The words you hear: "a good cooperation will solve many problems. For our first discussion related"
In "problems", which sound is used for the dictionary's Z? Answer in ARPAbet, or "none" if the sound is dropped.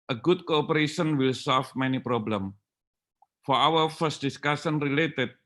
none